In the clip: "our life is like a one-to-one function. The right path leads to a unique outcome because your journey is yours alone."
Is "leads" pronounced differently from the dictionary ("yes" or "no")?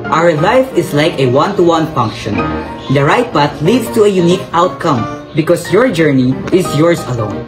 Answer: yes